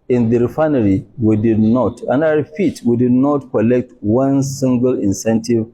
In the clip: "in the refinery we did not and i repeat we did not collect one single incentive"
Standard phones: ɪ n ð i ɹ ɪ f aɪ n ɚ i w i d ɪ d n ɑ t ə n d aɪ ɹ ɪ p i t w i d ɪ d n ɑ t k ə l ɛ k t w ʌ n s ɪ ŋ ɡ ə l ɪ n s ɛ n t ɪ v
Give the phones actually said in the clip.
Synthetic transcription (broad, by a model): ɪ n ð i ɹ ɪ f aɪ n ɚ i w i d ɪ d n ɑ t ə n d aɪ w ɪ f i t w i d ɪ d n ɑ t k ə l ɛ k t w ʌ n s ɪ ŋ ɡ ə l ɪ n s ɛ n t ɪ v